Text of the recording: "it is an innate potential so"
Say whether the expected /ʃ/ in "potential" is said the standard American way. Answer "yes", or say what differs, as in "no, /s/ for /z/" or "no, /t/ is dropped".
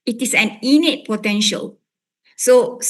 yes